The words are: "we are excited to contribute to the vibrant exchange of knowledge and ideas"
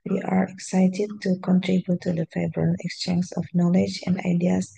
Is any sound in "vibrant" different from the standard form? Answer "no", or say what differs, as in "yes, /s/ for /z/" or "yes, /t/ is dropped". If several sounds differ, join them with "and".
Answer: yes, /t/ is dropped